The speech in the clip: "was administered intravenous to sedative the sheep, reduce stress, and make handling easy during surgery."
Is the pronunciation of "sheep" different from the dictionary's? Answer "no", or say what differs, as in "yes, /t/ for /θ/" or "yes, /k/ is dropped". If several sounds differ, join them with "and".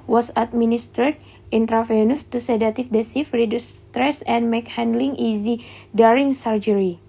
yes, /s/ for /ʃ/ and /f/ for /p/